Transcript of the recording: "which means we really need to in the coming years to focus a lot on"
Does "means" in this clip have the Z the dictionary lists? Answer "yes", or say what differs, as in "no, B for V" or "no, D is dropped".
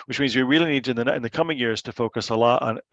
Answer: yes